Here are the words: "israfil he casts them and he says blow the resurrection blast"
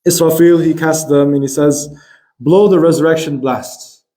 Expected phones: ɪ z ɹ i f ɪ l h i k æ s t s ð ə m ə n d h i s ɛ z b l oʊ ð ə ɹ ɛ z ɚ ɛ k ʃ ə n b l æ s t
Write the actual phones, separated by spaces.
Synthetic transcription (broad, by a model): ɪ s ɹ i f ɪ l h i k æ s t ð ə m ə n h i s ɛ z b l oʊ ð ə ɹ ɛ z ɚ ɛ k ʃ ə n b l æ s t